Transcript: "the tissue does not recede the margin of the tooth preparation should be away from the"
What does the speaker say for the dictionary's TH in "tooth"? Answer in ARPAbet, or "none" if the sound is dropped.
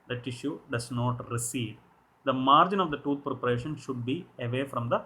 T